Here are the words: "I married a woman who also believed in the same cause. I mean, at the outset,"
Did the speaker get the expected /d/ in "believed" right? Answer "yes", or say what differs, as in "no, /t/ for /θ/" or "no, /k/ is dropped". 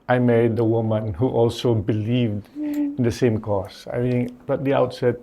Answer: yes